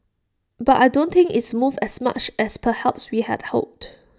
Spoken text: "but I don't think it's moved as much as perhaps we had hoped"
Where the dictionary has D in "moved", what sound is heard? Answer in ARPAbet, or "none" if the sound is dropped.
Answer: none